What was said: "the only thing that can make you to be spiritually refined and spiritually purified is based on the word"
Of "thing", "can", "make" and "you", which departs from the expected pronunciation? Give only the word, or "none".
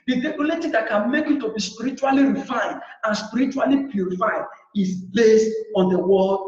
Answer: thing